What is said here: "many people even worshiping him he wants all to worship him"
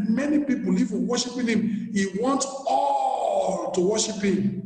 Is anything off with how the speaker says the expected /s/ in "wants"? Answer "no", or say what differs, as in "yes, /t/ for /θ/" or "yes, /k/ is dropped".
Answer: yes, /s/ is dropped